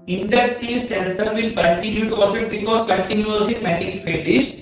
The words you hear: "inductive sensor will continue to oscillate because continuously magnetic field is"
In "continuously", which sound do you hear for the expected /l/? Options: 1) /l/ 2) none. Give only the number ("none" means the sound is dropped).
2